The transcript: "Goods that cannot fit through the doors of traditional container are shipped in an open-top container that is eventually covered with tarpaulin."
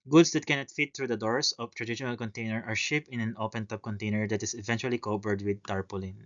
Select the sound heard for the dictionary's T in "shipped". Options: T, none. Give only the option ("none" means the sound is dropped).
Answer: none